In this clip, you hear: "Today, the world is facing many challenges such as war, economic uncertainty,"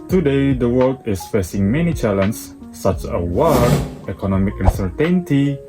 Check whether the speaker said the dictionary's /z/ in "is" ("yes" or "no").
no